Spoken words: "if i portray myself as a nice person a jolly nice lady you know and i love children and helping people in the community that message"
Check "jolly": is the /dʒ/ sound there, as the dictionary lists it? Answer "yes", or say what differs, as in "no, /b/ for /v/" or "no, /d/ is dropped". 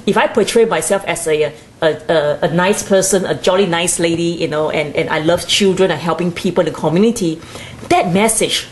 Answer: yes